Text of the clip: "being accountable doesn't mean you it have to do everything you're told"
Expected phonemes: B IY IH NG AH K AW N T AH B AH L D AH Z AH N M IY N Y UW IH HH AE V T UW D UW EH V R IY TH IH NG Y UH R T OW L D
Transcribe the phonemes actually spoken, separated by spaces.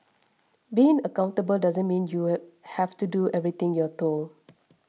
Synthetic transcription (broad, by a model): B IY IH NG AH K AW N T AH B AH L D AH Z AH N M IY N Y UW HH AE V T UW D UW EH V R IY T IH NG Y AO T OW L